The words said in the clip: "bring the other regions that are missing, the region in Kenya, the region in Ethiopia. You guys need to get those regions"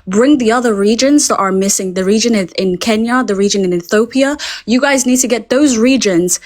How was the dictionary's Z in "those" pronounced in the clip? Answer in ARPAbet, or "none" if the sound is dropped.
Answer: Z